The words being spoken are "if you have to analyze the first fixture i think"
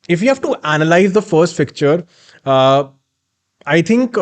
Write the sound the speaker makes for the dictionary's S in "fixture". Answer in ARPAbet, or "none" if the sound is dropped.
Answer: none